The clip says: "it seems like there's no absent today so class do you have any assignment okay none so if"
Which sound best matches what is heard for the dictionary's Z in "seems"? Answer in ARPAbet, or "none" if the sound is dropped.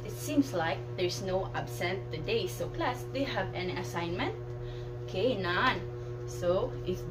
S